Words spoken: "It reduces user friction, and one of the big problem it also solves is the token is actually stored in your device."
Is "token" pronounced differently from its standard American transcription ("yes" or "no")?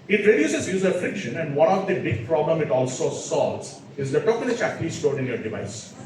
yes